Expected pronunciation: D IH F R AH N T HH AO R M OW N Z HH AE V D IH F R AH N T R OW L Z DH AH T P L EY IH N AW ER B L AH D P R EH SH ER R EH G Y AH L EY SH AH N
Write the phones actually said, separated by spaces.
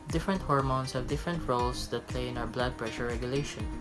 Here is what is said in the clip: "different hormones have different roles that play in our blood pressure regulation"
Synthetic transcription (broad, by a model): D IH F R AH N T HH AO R M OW N S HH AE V D IH F R AH N T R OW L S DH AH T P L EY IH N AW ER B L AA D P R EH SH ER R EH G Y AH L EY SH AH N